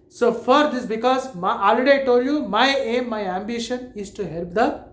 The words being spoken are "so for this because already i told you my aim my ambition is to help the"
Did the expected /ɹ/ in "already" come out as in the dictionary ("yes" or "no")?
no